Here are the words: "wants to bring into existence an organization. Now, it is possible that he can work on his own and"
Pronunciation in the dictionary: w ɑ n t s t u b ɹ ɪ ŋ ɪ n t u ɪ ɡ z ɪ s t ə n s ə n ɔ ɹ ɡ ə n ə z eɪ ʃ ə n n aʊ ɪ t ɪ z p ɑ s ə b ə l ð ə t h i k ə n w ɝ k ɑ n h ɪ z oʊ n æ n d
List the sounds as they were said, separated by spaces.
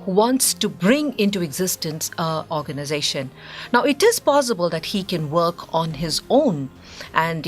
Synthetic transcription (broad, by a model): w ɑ n t s t u b ɹ ɪ ŋ ɪ n t u ɪ ɡ z ɪ s t ə n s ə ɔ ɹ ɡ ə n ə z eɪ ʃ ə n n aʊ ɪ t ɪ z p ɑ s ə b ə l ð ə t h i k ə n w ɝ k ɑ n h ɪ z oʊ n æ n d